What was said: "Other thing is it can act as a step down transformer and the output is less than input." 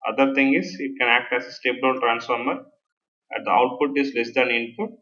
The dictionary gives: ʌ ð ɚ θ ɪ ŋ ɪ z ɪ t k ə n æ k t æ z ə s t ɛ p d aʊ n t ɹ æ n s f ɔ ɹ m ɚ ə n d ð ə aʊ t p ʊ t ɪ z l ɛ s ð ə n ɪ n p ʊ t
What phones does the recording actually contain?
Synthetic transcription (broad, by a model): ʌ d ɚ t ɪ ŋ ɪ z ɪ t k ə n æ k t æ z ə s t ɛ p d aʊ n t ɹ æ n s f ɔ ɹ m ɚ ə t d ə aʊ t p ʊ t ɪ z l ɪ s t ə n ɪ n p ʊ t